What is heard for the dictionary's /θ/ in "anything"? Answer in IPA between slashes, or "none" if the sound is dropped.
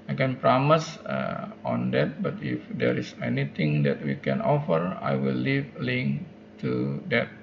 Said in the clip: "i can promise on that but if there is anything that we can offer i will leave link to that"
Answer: /t/